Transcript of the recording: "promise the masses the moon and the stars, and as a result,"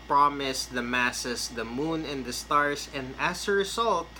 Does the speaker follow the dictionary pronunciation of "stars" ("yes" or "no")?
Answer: no